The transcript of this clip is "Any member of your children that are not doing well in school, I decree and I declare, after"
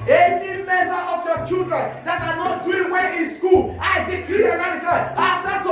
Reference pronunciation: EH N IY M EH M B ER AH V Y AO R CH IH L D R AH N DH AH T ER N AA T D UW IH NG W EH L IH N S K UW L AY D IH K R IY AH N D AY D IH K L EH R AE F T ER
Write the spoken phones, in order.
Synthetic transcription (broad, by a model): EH N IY M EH M B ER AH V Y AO CH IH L D R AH N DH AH T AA N AA T D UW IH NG W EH N IH N S K UW L AY D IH K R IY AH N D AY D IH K AA L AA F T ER